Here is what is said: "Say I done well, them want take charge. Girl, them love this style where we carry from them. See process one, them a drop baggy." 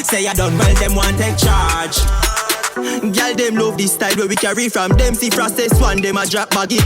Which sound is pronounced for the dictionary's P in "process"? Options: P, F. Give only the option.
F